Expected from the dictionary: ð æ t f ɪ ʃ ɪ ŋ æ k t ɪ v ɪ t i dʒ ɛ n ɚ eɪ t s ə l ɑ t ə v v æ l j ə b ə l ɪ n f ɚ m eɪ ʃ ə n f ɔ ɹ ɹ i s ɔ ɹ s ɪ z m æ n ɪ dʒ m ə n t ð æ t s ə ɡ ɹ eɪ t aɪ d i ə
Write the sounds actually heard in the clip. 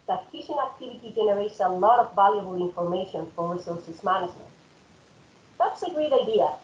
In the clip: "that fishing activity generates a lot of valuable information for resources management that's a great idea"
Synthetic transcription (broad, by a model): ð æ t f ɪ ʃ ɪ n æ k t ɪ v ɪ t i dʒ ɛ n ɚ eɪ t s ə l ɑ t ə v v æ l j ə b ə l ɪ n f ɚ m eɪ ʃ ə n f ɔ ɹ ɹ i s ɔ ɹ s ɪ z m æ n ɪ dʒ m ə n t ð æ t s ə ɡ ɹ eɪ t aɪ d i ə